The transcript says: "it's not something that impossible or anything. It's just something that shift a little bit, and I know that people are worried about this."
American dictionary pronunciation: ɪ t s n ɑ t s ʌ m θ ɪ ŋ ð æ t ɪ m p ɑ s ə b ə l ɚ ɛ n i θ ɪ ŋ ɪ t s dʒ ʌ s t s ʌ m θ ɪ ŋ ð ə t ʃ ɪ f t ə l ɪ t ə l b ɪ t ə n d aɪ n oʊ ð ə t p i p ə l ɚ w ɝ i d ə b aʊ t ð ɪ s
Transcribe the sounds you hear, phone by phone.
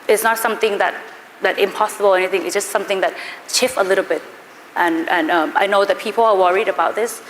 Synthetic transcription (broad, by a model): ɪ t s n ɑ t s ʌ m θ ɪ ŋ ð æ t ɪ m p ɑ s ə b ə l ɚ ɛ n i θ ɪ ŋ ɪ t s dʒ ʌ s t s ʌ m θ ɪ ŋ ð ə t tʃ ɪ f ə l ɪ t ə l b ɪ t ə n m aɪ n oʊ ð ə t p i p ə l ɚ w ɝ i d ə b aʊ t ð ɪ s